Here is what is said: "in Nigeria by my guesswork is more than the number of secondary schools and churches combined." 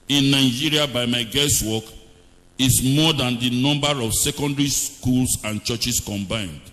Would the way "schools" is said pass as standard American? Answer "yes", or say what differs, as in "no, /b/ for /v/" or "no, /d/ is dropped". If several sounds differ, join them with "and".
no, /s/ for /z/